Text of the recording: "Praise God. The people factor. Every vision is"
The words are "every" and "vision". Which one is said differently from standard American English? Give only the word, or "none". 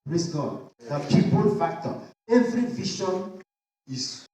vision